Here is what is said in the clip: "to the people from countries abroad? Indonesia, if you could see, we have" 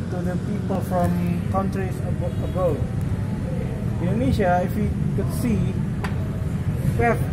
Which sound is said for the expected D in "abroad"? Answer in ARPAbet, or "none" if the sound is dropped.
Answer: none